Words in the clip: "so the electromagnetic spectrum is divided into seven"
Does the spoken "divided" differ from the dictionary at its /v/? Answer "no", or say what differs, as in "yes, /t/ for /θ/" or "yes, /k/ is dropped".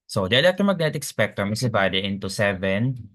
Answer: yes, /b/ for /v/